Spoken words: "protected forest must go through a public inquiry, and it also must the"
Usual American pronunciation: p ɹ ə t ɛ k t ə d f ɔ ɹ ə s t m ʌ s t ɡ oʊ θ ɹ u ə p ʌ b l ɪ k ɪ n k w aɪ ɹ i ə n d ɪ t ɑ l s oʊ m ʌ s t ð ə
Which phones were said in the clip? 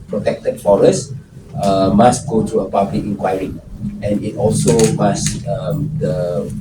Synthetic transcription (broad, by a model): p ɹ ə t ɛ k t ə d f ɔ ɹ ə s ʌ m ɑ s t ɡ oʊ t ɹ u ə p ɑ b l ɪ k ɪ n k w aɪ ɹ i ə n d ɪ t ɑ l s oʊ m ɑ s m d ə